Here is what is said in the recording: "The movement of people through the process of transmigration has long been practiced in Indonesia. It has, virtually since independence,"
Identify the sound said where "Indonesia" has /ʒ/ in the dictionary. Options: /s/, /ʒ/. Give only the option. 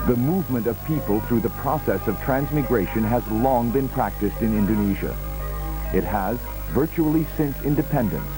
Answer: /ʒ/